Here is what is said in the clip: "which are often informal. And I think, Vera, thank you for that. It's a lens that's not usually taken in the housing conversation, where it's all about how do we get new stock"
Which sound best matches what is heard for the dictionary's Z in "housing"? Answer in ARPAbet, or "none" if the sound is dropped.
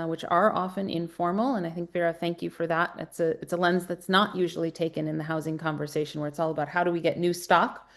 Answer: Z